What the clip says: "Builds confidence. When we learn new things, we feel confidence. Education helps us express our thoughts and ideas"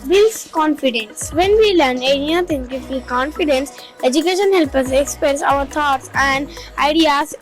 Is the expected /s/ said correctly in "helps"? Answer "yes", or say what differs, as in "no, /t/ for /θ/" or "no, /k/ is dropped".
no, /s/ is dropped